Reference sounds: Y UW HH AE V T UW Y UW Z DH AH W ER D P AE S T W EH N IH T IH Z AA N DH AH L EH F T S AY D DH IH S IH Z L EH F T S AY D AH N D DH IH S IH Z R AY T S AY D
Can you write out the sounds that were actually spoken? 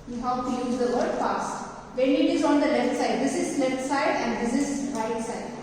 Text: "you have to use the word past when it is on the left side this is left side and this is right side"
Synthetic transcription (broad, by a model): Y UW HH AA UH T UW Y UW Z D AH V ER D F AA S T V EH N IH T IH Z AA N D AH L EH F T S AY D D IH S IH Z L EH F T S AY D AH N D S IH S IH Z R AY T S AY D